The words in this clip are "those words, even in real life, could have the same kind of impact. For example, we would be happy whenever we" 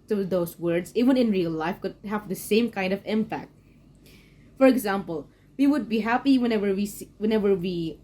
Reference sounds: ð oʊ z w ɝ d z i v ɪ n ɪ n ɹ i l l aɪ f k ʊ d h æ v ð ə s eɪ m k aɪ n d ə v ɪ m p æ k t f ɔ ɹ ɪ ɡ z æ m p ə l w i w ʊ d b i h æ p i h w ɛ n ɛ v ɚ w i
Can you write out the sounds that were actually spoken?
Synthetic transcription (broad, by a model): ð oʊ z w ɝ d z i w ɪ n ɪ n ɹ i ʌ l aɪ f k ʊ d h æ v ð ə s eɪ m k aɪ n d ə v ɪ m p æ k t f ɔ ɹ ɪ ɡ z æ m p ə l w i w ʊ d b i h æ p i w w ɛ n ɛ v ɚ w i